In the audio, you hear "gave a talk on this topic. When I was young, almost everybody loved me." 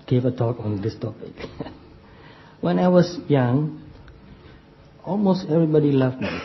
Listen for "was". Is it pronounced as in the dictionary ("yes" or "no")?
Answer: no